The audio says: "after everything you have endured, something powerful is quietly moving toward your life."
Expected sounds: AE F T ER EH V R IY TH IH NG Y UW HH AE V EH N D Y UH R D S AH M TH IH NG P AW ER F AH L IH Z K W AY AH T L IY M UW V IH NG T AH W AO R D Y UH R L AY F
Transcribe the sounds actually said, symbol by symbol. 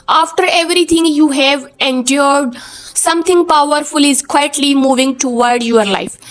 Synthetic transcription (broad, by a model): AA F T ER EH V R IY T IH NG Y UW HH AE V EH N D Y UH R D S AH M T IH NG P AW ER F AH L IH Z K W AY AH T L IY M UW V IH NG T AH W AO R D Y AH R L AY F